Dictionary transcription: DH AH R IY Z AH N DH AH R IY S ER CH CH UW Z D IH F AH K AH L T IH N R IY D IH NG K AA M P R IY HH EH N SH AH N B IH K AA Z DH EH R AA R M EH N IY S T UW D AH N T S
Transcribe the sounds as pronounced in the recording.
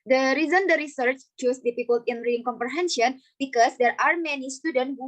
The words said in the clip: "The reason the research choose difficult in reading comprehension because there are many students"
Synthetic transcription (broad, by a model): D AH R IY Z AH N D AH R IY S ER CH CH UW S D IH P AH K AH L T IH N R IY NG K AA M P R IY HH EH N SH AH N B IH K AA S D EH R AA R M EH N IY S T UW D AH N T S